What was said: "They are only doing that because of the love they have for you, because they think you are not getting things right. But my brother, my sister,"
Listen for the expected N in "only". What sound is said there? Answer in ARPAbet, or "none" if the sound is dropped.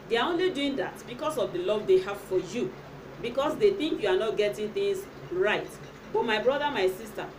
N